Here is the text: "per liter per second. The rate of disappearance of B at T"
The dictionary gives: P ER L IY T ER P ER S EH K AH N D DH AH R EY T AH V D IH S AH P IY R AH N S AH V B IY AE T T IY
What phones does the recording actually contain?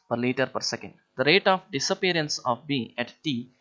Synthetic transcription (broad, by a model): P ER L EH T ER P ER S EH K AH N D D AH R EY T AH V D IH S AH P IY R AH N S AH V B IY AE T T IY